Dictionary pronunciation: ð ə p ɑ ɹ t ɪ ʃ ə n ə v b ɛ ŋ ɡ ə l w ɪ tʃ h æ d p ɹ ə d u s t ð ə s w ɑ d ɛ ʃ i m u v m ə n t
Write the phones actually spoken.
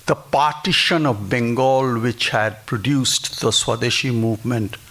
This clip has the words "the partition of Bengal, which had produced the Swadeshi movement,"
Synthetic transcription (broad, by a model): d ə p ɑ ɹ t ɪ ʃ ə n ə v b ɛ ŋ ɡ ə l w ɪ tʃ h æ d p ɹ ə d u s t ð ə s w ɑ d ɛ ʃ i m u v m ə n t